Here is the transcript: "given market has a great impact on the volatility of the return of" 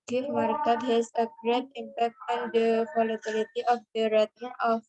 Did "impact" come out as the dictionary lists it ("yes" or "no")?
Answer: yes